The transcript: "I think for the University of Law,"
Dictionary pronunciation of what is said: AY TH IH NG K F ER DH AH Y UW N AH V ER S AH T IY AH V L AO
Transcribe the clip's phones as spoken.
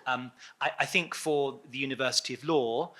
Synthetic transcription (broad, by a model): AY TH IH NG K F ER DH AH Y UW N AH V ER S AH T IY AH V L AO